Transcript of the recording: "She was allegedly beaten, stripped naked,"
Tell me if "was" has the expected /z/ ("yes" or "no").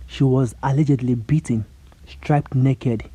yes